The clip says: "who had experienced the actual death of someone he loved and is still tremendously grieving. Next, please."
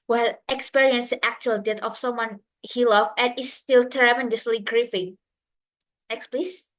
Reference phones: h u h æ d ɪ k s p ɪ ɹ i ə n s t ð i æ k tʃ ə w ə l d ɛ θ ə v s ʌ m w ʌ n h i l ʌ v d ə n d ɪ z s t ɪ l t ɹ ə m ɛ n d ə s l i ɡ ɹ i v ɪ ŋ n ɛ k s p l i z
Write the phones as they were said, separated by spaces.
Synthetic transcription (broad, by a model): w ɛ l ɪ k s p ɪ ɹ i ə n s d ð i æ k tʃ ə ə l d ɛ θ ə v s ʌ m w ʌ n h i l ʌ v ə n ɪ s t ɪ l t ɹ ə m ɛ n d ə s l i ɡ ɹ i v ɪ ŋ n ɛ k s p l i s